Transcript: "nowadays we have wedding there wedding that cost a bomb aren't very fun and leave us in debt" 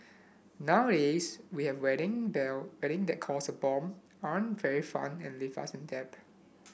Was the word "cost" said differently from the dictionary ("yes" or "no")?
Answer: yes